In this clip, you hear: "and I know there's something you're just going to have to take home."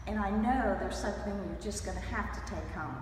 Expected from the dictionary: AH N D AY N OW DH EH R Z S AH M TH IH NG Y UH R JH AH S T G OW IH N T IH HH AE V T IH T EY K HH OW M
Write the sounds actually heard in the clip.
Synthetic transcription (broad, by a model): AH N AY N OW DH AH R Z S AH M TH IH NG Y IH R JH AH S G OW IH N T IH HH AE F T IH T EY K HH OW M